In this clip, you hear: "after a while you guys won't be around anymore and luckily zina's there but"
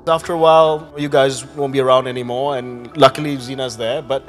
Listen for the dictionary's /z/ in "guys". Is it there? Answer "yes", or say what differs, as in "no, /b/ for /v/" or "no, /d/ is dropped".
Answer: yes